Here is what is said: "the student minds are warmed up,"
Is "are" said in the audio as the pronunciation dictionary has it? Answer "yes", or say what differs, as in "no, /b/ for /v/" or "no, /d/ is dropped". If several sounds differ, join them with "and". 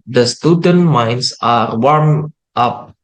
yes